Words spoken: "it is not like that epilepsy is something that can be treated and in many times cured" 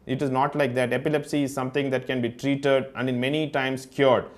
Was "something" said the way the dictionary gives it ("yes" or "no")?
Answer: no